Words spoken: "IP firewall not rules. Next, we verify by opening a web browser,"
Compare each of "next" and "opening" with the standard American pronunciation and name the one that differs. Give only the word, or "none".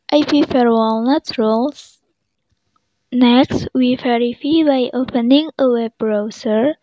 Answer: none